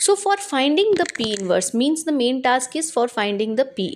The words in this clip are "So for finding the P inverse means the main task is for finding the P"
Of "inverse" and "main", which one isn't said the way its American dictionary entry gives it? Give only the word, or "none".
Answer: none